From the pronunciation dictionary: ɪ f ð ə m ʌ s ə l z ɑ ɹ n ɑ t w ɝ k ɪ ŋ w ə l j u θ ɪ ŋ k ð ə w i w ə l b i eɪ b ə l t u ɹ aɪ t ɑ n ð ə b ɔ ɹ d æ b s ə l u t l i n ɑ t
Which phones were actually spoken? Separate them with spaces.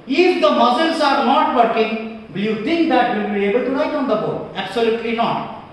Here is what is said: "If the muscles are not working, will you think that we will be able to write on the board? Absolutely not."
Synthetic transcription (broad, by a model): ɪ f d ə m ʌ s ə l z ɑ ɹ n ɑ t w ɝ k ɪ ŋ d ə j u t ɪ ŋ k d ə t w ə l b i eɪ b ə l t u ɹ aɪ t ɑ n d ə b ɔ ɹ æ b s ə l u t l i n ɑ t